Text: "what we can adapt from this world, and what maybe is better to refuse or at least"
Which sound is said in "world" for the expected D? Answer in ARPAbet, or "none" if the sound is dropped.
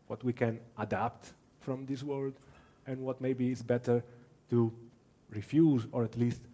D